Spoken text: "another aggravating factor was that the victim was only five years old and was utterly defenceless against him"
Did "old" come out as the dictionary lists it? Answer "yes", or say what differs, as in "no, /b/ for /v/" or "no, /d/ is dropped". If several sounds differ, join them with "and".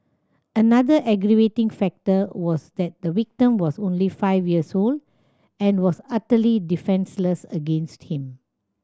yes